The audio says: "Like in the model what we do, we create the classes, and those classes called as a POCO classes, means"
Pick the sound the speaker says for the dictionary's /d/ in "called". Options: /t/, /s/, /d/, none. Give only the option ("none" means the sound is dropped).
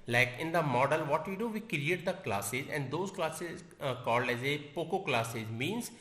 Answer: /d/